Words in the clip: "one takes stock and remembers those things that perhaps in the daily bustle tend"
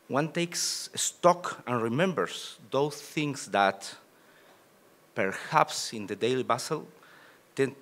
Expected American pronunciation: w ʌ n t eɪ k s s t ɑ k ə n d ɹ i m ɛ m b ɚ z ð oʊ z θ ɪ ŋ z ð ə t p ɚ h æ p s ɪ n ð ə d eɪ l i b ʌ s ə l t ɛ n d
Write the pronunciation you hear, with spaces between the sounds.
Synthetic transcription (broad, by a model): w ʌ n t eɪ k s s t ɑ k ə n ɹ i m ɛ m b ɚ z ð oʊ s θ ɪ ŋ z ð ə t p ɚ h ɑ p s ɪ n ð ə d eɪ l i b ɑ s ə l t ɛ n